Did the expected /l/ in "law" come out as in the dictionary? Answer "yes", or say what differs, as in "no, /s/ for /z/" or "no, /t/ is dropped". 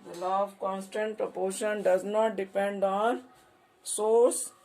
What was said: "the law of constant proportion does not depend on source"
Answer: yes